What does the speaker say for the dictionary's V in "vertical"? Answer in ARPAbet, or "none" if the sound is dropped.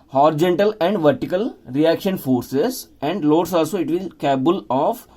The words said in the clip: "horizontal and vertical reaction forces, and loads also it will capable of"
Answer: V